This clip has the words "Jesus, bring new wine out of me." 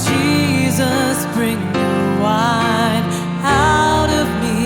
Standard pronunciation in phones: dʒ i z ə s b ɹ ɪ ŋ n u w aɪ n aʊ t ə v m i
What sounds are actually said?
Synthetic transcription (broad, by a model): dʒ i z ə s b ɹ ɪ ŋ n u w aɪ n aʊ t ə v m i